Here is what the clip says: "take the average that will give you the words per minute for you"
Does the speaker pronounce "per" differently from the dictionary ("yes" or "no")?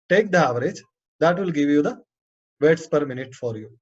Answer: no